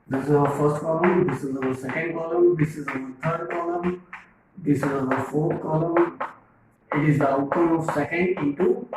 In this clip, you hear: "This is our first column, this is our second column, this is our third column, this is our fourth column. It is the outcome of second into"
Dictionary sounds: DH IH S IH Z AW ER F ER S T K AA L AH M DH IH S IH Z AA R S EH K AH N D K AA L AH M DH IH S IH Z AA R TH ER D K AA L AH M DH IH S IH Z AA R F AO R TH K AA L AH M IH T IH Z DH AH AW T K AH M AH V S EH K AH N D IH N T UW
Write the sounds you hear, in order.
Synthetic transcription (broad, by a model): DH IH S IH Z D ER F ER S T K AA L AH M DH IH S IH Z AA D S EH K AH N D K AA L AH M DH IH S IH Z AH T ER D K AA L AH M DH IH S IH Z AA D F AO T K AA L AH M IH T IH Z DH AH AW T AH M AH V S EH K AH N D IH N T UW